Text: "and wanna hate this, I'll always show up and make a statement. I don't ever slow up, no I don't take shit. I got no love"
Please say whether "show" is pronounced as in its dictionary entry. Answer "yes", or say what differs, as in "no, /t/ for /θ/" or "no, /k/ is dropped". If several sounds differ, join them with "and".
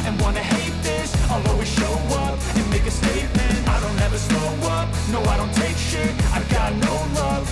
yes